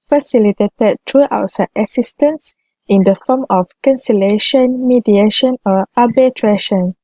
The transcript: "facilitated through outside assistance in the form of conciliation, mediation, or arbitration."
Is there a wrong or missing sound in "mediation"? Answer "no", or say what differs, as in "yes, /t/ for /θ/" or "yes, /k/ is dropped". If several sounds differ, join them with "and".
no